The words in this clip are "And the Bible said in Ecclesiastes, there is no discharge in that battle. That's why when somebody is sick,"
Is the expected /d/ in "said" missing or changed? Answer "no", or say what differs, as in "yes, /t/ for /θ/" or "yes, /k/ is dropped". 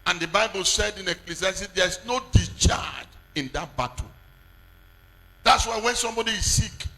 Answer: no